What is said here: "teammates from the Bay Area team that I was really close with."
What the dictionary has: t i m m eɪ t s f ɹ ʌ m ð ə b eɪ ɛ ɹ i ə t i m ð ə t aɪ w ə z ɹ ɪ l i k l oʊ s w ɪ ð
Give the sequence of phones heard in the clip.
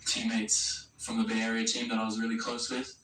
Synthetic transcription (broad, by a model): t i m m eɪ t s f ɹ ʌ m ð ə b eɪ ɛ ɹ i ə t i m ð ə t aɪ w ə z ɹ ɪ l i k l oʊ s w ɪ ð